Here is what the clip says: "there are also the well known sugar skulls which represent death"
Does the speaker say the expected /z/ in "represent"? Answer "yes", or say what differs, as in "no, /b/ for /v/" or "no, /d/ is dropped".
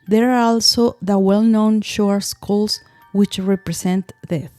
no, /s/ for /z/